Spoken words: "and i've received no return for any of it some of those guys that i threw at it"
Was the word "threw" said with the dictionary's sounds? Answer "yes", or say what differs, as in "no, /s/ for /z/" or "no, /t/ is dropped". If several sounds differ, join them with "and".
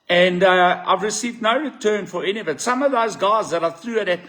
yes